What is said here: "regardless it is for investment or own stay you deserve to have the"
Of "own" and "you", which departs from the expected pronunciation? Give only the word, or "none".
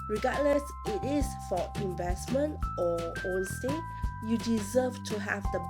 own